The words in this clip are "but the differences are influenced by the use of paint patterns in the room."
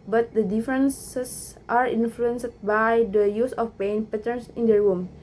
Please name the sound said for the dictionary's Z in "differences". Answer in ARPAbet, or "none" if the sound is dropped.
S